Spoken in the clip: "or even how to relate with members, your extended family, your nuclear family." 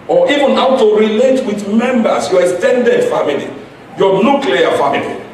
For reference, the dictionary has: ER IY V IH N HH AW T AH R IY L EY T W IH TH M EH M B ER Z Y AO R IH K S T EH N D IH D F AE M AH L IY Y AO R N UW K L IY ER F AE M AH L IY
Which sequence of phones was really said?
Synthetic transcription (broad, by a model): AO IY V IH N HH AW T AH R IY L EY T W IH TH M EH M B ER S Y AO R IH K S T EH N D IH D F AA M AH L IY Y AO N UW K L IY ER F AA M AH L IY